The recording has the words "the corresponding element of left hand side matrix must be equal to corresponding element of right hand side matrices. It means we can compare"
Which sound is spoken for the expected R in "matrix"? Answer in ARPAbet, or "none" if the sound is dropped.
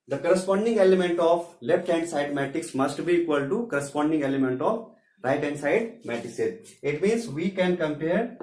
none